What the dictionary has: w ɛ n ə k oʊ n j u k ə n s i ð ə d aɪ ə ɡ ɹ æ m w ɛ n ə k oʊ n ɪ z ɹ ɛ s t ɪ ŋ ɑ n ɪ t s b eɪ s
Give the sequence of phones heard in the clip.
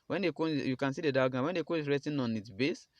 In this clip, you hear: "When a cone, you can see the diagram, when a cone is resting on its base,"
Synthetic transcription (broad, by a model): w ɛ n ə k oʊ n j u k ə n s i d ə d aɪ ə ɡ ɑ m w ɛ n ə k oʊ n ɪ s ɹ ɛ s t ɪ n ɑ n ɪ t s b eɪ s